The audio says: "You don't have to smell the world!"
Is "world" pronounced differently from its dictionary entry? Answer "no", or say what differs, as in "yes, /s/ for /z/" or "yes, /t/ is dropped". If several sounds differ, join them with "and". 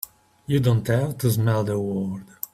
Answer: yes, /l/ is dropped